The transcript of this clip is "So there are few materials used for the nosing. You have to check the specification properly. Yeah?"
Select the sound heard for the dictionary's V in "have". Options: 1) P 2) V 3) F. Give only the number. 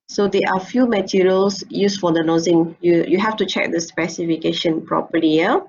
3